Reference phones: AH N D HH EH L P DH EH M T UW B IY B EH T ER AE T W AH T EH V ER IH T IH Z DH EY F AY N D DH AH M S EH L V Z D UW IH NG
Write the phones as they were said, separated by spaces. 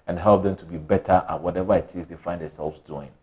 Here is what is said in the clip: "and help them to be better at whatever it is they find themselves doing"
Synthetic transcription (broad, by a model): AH N HH EH L P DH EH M T UW B IY B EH T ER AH T W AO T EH V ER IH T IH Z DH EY F AY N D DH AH S EH L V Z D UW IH NG